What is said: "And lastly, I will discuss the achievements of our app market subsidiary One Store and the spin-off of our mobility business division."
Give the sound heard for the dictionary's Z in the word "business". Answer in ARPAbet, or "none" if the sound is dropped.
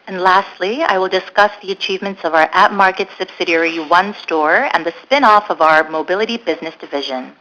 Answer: Z